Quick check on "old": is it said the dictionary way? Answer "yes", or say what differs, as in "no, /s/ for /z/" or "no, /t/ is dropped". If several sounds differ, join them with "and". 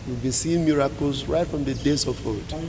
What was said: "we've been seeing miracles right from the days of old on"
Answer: no, /l/ is dropped